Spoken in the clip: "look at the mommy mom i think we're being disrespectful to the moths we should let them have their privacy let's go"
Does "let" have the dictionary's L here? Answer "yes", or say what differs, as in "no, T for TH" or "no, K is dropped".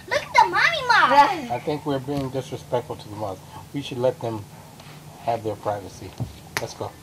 yes